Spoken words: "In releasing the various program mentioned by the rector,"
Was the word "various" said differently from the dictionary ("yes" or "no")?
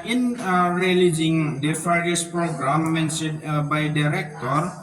yes